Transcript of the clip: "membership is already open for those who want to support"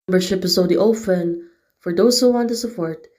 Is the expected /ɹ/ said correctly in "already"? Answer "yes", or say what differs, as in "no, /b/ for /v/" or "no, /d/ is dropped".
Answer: no, /ɹ/ is dropped